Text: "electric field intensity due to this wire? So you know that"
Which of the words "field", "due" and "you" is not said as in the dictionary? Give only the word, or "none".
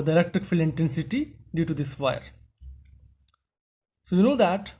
field